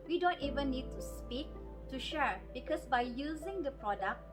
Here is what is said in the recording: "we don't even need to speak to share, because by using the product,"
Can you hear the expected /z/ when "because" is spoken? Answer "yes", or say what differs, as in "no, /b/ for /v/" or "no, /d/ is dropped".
no, /s/ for /z/